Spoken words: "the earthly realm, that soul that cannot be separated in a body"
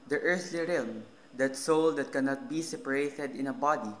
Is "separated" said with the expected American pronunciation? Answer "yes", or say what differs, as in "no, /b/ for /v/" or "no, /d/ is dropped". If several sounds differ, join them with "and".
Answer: yes